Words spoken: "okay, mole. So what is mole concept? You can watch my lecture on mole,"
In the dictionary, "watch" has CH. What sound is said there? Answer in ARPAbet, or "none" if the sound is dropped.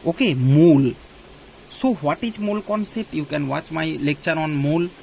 CH